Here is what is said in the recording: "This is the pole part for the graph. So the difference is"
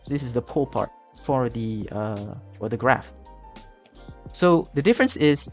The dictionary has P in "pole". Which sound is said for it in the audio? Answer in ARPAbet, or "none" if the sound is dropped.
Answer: P